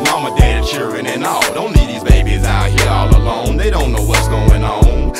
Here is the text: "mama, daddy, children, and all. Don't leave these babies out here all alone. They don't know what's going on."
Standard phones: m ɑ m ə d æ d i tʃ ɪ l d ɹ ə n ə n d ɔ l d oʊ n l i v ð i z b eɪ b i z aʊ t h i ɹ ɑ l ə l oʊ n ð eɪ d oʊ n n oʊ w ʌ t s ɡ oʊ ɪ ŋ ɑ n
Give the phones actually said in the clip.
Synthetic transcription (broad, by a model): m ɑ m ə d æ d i tʃ ɪ l d ɹ ə n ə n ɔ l d oʊ n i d ð i z b eɪ b i z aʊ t h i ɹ ɑ l ə l oʊ n ð eɪ d oʊ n n oʊ w ʌ t s ɡ oʊ ɪ ŋ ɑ n